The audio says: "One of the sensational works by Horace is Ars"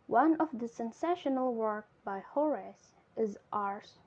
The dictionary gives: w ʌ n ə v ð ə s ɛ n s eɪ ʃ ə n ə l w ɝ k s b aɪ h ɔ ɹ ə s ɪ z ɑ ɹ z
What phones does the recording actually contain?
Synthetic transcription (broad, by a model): w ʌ n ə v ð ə s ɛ n s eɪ ʃ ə n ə l w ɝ k b aɪ h ɔ ɹ ə s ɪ z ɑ ɹ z